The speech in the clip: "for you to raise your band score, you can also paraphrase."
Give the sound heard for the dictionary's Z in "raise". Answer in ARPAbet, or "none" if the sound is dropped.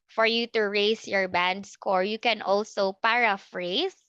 S